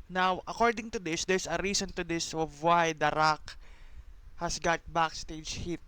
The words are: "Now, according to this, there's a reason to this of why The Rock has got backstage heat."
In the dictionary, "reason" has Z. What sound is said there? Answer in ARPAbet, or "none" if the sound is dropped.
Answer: S